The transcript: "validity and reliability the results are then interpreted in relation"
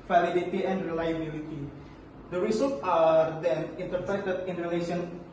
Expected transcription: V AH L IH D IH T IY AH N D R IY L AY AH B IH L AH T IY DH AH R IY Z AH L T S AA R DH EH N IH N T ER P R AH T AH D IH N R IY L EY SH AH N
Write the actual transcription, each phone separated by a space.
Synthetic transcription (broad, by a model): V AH L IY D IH T IY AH N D R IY L AY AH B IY L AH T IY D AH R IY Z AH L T AA R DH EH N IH N T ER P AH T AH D IH N R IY L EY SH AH N